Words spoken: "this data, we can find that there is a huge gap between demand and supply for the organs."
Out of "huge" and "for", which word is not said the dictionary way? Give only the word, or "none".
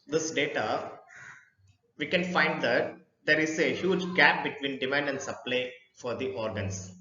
none